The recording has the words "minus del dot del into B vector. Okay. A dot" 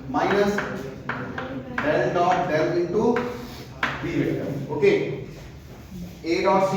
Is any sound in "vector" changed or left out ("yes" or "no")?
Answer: yes